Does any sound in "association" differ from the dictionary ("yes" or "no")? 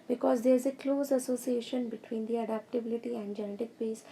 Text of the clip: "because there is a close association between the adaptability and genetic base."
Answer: no